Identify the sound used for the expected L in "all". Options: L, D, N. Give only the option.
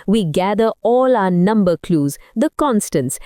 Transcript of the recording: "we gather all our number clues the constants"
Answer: L